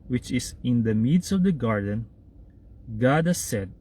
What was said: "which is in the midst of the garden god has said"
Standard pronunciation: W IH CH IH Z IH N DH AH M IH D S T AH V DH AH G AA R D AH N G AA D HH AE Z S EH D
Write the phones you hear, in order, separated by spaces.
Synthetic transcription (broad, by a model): W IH CH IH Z IH N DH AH M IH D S AH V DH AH G AA R D AH N G AA D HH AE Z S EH D